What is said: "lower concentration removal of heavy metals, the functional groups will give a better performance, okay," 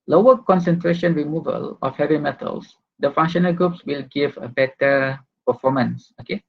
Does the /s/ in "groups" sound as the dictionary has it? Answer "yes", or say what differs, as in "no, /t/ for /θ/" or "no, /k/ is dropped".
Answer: yes